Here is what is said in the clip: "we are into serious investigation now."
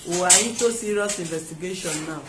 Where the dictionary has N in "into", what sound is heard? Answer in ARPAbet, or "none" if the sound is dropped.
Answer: none